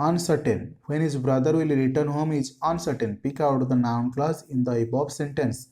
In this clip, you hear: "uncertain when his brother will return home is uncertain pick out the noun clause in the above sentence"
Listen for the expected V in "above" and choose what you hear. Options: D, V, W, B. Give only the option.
B